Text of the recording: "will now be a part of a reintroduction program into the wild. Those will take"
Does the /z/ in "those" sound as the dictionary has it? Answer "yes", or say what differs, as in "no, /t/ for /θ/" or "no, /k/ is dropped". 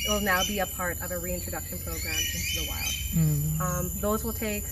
yes